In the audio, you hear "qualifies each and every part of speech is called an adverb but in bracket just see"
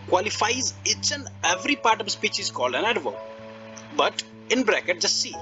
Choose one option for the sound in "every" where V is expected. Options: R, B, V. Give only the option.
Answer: V